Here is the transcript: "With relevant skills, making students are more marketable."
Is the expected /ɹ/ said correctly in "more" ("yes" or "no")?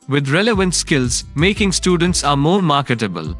yes